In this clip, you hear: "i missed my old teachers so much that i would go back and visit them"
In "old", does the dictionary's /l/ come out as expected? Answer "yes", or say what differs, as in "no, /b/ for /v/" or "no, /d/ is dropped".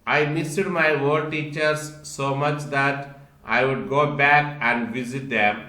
no, /l/ is dropped